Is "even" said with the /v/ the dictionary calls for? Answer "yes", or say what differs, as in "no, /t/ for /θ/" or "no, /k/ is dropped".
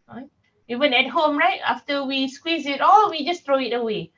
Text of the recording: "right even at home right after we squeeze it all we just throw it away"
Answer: no, /w/ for /v/